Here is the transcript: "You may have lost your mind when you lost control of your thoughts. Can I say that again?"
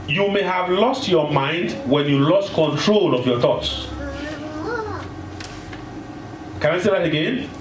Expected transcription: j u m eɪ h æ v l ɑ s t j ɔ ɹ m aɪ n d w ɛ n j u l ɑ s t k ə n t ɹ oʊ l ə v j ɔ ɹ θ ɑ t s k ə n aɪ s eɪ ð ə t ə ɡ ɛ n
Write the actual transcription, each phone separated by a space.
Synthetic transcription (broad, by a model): j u m eɪ h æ v l ɑ s t j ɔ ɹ m aɪ n d w ɛ n j u l ɑ s t k ə n t ɹ oʊ l ə v j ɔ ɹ θ ɑ t s k ə n aɪ s eɪ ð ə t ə ɡ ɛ n